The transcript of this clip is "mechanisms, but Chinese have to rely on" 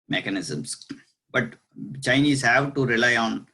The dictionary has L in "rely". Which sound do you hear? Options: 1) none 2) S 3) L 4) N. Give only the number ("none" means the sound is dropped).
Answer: 3